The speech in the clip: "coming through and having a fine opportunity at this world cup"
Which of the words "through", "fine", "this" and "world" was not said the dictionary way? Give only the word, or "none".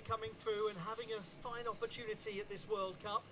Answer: none